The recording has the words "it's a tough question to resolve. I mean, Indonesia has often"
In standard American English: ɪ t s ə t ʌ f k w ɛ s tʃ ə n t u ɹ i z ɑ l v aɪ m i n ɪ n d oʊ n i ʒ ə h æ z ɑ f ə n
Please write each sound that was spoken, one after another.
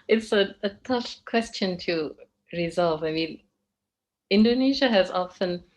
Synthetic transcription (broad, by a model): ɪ t s ə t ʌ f k w ɛ s tʃ ə n t u ɹ i z ɑ l v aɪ m i n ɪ n d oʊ n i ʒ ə h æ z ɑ f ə n